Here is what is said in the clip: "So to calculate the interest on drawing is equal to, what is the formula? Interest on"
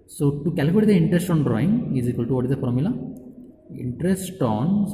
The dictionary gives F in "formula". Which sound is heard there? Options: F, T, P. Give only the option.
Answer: P